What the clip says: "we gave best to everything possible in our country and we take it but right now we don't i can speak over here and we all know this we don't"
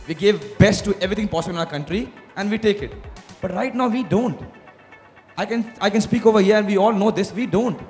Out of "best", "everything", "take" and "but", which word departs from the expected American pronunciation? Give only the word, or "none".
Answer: everything